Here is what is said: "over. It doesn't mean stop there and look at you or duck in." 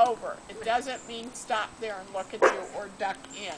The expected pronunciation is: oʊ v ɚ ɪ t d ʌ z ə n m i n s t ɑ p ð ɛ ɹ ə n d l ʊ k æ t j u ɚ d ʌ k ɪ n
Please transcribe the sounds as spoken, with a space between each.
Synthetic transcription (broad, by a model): oʊ v ɚ ɪ t d ʌ z ə n m i n s t ɑ p ð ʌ ɹ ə n l ʊ k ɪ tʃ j ɚ d ʌ k ɪ n